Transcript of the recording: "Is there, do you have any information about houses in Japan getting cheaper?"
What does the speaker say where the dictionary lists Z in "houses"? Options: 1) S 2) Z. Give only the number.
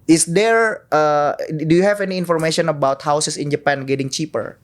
1